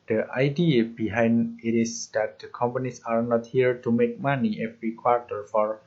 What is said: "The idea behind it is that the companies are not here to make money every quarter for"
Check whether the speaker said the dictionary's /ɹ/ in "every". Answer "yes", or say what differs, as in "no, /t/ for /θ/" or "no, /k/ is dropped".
yes